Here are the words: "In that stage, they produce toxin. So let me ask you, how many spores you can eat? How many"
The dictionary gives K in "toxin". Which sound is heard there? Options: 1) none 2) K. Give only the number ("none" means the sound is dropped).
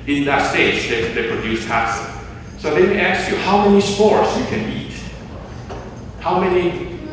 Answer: 1